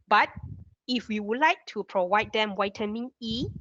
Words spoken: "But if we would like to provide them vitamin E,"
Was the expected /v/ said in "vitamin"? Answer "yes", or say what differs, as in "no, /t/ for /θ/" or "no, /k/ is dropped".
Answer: no, /w/ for /v/